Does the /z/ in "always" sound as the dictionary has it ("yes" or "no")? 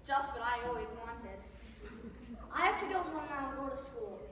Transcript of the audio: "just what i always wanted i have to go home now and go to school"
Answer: yes